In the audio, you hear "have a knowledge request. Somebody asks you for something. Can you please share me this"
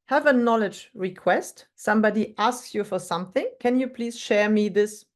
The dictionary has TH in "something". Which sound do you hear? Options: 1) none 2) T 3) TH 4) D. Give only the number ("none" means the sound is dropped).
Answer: 3